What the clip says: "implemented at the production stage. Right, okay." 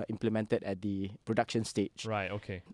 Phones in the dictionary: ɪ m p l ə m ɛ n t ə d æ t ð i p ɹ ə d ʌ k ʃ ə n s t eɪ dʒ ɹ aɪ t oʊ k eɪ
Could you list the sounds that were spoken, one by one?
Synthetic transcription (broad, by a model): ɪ m p l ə m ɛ n t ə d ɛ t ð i p ɹ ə d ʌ k ʃ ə n s t eɪ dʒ ɹ aɪ t oʊ k eɪ